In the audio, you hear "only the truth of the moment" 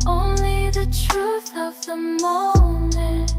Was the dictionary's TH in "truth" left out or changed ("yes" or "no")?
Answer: no